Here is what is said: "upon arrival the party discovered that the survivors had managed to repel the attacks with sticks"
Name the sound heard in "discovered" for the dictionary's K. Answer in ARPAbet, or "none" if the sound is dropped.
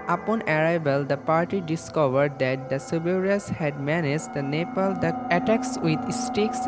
K